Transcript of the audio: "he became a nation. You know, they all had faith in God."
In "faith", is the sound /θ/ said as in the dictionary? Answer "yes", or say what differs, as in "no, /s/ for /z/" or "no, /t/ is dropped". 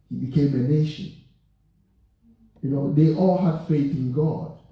yes